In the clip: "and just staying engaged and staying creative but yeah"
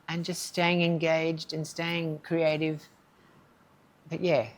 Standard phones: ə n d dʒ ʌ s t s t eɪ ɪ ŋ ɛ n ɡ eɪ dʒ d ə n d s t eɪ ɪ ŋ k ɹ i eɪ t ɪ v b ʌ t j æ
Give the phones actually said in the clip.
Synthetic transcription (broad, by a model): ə n dʒ ʌ s t s t eɪ ɪ ŋ ɛ n ɡ eɪ dʒ d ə n s t eɪ ɪ ŋ k ɹ i eɪ t ɪ v b ʌ t j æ